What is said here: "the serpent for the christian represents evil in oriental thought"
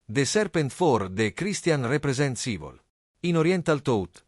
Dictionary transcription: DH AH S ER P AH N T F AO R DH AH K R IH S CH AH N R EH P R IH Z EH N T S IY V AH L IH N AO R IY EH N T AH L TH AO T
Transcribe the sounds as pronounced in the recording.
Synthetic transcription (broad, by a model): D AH S ER P AH N T F AO R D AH K R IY S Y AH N R EH P R IH Z EH N T S IY V AH L IH N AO R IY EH N T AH L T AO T